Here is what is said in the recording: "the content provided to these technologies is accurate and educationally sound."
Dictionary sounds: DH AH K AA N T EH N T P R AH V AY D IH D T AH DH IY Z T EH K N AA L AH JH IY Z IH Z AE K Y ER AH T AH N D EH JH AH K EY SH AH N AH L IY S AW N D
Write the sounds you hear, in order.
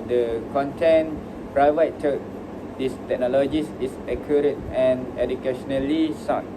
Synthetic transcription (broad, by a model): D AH K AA N T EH N P R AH IH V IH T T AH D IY S T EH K N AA L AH JH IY S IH S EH K Y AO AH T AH N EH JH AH K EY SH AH N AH L IY S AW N